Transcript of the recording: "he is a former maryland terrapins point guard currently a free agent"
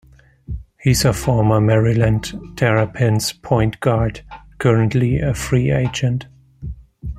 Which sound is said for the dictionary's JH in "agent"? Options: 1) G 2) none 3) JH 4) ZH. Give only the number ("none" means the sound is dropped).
3